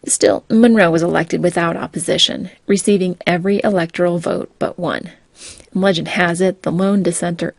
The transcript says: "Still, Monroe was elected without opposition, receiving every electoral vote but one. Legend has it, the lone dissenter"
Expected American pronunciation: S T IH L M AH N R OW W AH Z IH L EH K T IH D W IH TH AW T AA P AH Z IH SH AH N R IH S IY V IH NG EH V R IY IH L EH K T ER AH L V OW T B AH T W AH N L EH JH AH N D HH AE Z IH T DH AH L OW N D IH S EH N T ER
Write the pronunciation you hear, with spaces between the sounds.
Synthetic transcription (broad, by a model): S T IH L M AH N R OW W AH Z IH L EH K T IH D W IH TH AW T AA P AH Z IH SH AH N R IH S IY V IH NG EH V R IY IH L EH K T ER L V OW T B AH T W AH N L EH JH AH N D HH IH Z IH T DH AH L OW N D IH S EH N T ER